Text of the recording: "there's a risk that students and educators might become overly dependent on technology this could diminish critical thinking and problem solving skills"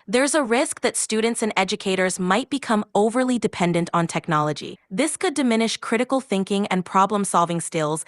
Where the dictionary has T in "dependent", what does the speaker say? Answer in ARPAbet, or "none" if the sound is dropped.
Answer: T